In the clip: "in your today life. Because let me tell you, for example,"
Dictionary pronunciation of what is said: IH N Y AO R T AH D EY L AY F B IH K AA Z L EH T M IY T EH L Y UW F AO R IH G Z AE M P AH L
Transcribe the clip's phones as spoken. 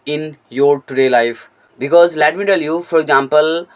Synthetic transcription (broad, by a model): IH N Y AO R T AH D EY L AY F B IH K AA Z L EH T M IY T EH L Y UW F AO R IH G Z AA M P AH L